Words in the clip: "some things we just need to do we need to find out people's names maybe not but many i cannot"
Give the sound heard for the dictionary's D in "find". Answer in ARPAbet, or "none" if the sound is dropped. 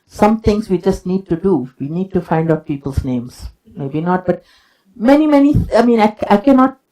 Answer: D